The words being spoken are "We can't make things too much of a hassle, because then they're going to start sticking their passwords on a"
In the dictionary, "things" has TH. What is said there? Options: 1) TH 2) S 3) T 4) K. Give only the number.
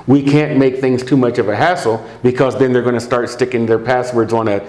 1